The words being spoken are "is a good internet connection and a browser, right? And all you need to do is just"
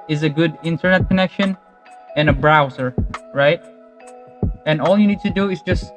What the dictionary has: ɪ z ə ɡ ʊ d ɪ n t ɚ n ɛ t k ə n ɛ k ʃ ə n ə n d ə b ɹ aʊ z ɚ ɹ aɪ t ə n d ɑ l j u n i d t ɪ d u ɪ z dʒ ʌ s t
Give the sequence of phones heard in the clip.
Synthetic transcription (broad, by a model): ɪ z ə ɡ ʊ d ɪ n t ɚ n ɛ t k ə n ɛ k ʃ ə n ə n ə b ɹ aʊ z ɚ ɹ aɪ t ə n ɑ l j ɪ n i d t ɪ d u ɪ z dʒ ʌ s t